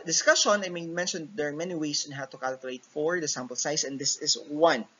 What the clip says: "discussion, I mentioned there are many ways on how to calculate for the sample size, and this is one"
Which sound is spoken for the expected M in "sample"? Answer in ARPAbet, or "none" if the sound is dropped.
M